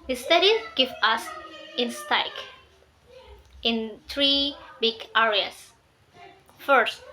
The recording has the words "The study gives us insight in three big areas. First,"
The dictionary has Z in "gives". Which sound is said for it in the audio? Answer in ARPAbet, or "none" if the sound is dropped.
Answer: none